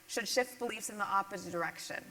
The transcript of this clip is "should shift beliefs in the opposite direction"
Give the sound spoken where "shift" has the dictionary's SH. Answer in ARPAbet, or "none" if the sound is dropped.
SH